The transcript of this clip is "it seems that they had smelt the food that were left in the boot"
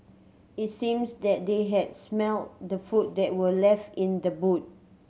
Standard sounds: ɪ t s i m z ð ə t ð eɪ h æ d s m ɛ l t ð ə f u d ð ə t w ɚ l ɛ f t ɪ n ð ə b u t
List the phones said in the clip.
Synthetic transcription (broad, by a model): ɪ t s i m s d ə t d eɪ h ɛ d s m ɛ l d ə f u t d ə t w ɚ l ɛ f t ɪ n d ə b u t